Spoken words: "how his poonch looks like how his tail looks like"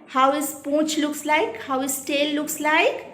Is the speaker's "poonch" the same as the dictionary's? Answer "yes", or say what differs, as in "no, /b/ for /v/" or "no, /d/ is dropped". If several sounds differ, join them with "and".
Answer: no, /n/ is dropped